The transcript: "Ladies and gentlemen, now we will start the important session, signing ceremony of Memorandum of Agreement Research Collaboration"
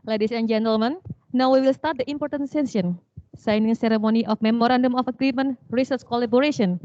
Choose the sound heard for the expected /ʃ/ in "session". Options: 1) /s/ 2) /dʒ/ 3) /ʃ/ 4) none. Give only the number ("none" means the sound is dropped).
1